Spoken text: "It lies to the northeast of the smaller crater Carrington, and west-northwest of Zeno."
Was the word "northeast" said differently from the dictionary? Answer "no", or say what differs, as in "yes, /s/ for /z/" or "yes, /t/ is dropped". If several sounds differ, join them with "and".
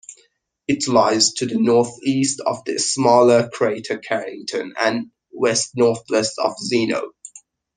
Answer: no